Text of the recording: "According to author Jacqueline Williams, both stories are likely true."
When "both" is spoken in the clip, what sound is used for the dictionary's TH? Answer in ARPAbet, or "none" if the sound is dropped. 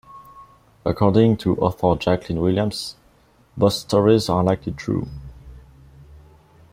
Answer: S